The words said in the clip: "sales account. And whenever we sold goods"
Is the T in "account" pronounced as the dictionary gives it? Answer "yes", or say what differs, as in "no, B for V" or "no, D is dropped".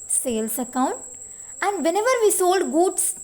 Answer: yes